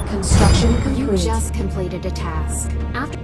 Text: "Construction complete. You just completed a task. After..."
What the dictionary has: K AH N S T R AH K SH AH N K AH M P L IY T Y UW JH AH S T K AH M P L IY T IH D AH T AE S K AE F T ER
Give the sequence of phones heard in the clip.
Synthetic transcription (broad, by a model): K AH N S T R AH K SH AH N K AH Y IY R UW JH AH S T K AH M P L IY T IH D AH T AE S K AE F T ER